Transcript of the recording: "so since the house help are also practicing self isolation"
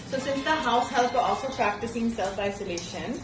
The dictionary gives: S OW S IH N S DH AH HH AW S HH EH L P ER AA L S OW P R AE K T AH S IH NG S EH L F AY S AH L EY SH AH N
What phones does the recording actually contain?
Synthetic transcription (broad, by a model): S OW S IH N S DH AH HH AW S HH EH L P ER AA L S OW P R AE K T AH S IH NG S EH L F AY S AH L EY SH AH N